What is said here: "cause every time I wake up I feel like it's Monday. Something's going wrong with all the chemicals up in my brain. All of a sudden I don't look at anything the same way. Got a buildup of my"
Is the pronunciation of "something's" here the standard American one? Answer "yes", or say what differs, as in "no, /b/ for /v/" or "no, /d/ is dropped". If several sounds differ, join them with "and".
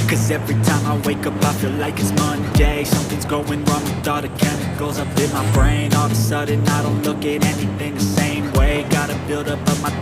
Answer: yes